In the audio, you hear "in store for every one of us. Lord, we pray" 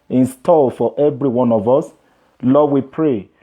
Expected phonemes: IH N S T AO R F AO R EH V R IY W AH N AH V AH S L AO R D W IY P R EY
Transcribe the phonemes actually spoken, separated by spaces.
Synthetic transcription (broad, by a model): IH N S T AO L F AO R EH V R IY W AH N AH V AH S L AO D W IY P R EY